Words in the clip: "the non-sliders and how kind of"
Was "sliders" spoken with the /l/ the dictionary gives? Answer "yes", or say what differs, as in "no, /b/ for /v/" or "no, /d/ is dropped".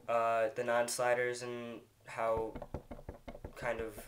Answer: yes